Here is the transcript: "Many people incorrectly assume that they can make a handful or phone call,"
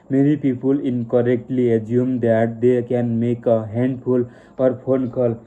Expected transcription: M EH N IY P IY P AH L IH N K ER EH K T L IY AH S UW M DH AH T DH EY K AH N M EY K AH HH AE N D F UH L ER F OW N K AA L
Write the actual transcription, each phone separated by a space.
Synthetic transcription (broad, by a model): M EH N IY P IY P AH L IH N K ER EH K T L IY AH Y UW M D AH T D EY K AH N M EY K AH HH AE N D P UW L ER P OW N K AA L